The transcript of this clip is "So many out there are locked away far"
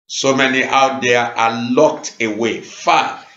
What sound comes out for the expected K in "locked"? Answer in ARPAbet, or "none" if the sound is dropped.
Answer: K